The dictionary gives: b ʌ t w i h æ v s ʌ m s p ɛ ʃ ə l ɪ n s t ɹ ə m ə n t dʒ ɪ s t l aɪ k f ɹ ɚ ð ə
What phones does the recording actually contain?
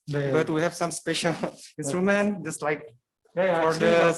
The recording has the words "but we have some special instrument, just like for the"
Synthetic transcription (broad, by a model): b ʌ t w i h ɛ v s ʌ m s p ɛ ʃ ə l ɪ n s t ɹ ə m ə n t dʒ ɪ s t l aɪ k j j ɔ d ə